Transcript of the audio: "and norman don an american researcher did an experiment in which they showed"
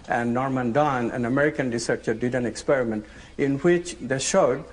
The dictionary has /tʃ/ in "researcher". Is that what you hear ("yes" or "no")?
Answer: yes